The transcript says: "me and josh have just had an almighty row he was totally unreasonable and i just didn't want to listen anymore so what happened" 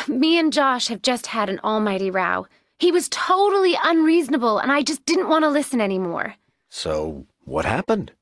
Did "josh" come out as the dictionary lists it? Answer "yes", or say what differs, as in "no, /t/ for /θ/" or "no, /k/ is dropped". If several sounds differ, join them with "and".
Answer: yes